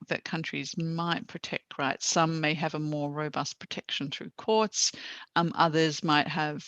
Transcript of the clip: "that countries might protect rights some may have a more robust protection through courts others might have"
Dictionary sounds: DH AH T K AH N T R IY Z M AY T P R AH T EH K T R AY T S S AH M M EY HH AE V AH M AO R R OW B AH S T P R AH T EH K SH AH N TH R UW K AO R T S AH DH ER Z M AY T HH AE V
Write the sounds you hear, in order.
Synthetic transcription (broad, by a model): DH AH T K AH N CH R IY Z M AY T P R AH T EH K T R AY T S S AH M M EY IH V AH M AO R R OW B AH S T P R AH T EH K SH AH N TH R UW K AO R T S AH DH ER Z M AY T HH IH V